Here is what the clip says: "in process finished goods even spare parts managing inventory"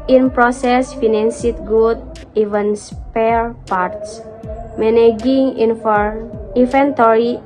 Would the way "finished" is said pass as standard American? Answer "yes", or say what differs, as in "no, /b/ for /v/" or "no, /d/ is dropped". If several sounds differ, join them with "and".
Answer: no, /s/ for /ʃ/